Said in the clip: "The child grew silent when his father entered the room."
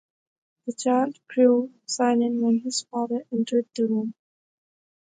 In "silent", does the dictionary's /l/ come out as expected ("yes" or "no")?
no